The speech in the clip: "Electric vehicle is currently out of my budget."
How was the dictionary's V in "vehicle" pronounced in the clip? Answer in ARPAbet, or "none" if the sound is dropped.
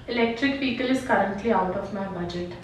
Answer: P